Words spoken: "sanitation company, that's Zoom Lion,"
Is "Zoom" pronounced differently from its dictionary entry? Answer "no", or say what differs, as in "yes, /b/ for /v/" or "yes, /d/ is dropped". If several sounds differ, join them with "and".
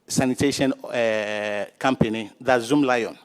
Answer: no